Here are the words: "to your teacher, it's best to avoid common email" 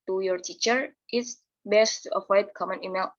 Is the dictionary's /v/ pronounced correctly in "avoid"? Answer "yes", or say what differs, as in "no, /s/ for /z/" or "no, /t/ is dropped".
no, /f/ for /v/